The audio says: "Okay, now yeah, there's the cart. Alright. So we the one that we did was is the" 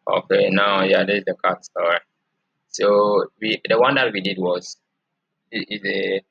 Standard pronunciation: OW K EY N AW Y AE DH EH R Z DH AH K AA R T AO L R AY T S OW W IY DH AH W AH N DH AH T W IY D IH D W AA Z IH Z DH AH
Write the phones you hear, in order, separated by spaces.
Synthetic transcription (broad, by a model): OW K EY N AW Y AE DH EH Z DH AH K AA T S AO R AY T S OW W IY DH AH W AH N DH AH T W IY D IH D W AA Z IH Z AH